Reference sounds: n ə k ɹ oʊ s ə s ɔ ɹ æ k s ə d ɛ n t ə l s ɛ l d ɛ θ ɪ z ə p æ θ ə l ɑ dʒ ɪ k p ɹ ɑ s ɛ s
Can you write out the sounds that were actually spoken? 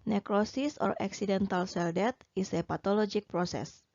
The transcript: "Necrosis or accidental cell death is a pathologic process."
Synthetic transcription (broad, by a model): n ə k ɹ oʊ s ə s ɔ ɹ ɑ k s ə d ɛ n t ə l s ɛ l d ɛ t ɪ s ə p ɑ t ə l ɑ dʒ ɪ k p ɹ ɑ s ɛ s